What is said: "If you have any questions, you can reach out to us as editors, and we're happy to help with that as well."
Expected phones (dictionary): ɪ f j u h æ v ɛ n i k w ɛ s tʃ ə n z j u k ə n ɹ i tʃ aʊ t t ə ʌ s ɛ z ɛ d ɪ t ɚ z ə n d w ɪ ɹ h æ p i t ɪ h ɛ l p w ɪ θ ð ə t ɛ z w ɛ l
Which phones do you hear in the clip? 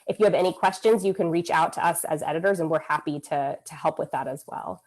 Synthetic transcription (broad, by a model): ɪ f j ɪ v ɛ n i k w ɛ s tʃ ə n z j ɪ k ə n ɹ i tʃ aʊ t t ə ʌ s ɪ z ɛ d ɪ t ɚ z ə n w ɪ ɹ h æ p i t ɪ h ɛ l p w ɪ ð ə t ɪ z w ɛ l